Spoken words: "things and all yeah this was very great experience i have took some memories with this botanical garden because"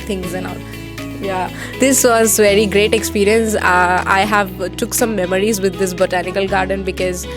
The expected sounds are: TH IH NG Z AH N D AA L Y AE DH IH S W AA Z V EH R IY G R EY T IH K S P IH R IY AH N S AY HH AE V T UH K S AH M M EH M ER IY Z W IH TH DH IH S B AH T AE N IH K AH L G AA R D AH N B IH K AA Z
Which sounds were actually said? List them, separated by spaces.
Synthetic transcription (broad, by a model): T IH NG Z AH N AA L Y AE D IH S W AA Z V EH R IY G R EY T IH K S P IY R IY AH N S AY HH AE V T UH K S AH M M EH M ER IY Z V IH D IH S B AH T AE N IH K AH L G AA R D AH N B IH K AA Z